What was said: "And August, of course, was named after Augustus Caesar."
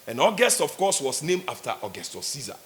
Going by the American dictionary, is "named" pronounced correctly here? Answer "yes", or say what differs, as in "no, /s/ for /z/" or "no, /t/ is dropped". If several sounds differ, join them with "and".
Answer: no, /d/ is dropped